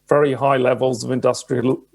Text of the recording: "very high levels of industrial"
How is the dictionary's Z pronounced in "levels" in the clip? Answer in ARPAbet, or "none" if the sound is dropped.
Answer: Z